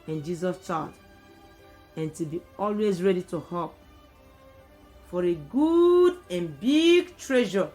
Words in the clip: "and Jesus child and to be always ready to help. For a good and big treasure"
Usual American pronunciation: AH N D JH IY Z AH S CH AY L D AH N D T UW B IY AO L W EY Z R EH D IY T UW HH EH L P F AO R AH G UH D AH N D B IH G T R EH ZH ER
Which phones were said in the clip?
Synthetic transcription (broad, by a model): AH N JH IY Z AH S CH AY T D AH N T UW B IY AO L W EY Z R EH D IY T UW HH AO P F AO R AH G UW D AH N B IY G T R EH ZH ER